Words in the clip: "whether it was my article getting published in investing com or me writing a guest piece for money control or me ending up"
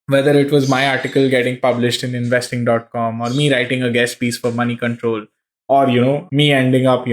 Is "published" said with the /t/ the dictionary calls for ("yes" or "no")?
yes